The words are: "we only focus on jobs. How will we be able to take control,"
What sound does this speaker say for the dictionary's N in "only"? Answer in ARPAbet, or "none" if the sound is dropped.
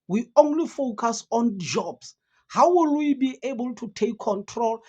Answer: N